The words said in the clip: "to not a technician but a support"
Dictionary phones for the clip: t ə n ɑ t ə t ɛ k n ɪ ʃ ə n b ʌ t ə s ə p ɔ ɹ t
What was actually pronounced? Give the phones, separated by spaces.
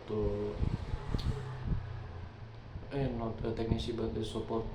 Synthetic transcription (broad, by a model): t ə n ɑ t ə t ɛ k n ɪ s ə b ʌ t ə s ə p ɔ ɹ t